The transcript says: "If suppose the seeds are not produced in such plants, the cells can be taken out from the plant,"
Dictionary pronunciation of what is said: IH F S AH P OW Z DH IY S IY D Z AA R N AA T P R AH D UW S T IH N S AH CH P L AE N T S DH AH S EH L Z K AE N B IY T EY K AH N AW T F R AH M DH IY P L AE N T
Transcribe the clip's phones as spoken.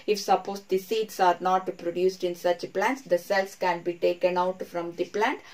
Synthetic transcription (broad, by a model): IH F S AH P OW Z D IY S IY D S AA R N AA T P R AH D UW S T IH N S AH CH P L AE N T S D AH S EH L S K AE N B IY T EY K AH N AW T F R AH M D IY P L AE N T